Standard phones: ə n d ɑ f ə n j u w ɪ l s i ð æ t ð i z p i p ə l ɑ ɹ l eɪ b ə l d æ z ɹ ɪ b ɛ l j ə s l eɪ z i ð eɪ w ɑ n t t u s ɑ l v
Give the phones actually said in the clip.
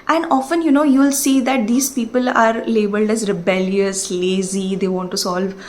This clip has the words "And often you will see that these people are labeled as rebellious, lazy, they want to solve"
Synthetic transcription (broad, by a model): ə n d ɑ f ə n j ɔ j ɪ l s i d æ t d i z p i p ə l ɑ ɹ l eɪ b ə l d æ z ɹ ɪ b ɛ l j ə s l eɪ z i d eɪ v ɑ n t t u s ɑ l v